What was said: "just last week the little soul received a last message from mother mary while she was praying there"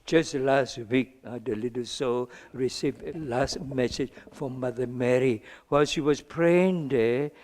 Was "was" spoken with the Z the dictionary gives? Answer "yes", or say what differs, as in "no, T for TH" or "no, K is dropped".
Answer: no, S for Z